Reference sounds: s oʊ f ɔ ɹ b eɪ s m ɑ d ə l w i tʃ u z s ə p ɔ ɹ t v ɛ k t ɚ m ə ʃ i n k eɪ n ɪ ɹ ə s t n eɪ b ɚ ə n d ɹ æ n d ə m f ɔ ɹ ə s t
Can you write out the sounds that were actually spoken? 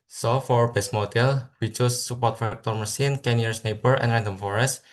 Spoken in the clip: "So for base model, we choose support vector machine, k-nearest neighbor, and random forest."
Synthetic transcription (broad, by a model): s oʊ f ɔ ɹ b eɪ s m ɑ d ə l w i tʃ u s ə p ɔ ɹ t f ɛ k t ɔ m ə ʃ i n k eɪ n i ə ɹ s n eɪ b ɚ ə n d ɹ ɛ n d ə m f ɔ ɹ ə s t